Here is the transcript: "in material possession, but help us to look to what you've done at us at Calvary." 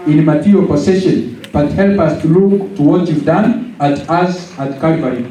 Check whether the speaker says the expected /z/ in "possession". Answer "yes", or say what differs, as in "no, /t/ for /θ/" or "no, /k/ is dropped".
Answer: no, /s/ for /z/